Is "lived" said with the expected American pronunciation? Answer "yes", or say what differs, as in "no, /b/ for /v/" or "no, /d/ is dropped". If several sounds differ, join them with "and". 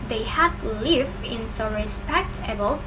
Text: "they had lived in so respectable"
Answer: no, /d/ is dropped